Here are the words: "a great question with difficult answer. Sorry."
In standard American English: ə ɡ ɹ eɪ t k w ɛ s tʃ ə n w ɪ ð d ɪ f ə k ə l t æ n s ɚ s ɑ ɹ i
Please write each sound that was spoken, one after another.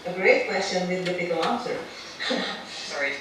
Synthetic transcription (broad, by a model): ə ɡ ɹ eɪ t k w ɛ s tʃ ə n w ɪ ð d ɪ p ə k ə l æ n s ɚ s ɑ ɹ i